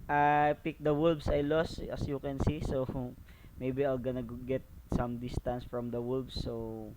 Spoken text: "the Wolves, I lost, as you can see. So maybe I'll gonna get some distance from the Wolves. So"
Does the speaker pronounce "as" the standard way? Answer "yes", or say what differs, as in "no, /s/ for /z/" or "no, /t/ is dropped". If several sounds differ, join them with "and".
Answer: no, /s/ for /z/